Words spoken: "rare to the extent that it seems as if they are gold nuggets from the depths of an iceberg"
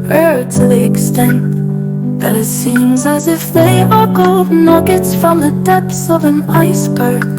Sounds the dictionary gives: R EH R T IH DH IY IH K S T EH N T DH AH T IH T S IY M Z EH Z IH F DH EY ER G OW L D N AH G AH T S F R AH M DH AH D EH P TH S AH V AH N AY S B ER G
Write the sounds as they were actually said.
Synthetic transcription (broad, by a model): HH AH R T IH DH IY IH K S T EH N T DH AH T IH T S IY M Z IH Z IH F DH EY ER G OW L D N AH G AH T S F R AH M DH AH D EH P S AH V AH N AY S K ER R